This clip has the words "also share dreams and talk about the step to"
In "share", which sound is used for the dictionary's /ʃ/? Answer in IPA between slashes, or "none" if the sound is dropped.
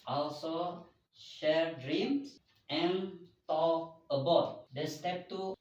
/ʃ/